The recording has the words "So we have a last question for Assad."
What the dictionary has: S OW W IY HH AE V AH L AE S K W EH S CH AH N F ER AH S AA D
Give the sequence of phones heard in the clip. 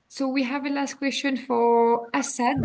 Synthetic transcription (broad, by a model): S OW W IY HH AE V AH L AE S K W EH S CH AH N F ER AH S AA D